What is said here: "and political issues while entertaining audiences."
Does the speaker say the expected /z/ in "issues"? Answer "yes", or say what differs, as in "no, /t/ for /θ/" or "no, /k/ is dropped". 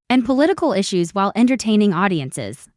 yes